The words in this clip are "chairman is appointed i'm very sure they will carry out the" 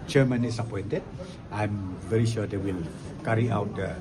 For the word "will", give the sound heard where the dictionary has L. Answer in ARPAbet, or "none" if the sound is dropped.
L